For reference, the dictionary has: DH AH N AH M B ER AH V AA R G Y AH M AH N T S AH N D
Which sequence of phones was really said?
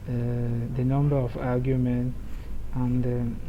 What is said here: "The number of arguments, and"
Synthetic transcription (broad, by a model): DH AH N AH M B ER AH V AA G Y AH M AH N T AH N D